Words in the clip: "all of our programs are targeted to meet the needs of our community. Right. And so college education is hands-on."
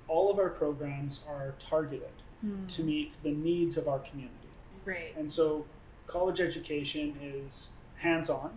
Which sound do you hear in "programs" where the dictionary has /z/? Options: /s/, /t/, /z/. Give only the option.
/z/